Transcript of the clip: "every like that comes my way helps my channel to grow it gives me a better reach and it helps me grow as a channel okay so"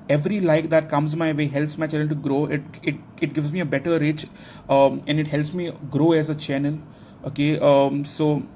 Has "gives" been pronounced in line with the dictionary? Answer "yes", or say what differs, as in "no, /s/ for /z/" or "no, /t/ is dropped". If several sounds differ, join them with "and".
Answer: yes